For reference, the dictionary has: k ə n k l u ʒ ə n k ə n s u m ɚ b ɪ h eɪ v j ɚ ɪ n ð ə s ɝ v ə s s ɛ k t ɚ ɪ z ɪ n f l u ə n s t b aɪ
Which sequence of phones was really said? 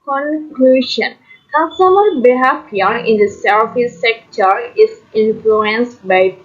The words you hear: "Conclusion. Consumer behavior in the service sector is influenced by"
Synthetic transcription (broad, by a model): k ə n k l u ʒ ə n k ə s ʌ m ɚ b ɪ h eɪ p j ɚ ɪ n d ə s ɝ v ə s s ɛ k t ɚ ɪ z ɪ n f l u ə n s t b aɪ